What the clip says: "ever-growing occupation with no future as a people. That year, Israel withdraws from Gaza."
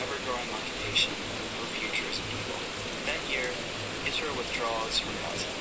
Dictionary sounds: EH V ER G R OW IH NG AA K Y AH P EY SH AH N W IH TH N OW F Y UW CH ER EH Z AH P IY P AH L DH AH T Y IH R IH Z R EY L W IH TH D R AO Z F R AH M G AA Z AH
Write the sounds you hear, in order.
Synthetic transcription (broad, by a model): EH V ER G R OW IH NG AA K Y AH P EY SH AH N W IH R F Y UW CH ER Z AH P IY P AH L DH AH T Y IH R IH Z AH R W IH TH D R AO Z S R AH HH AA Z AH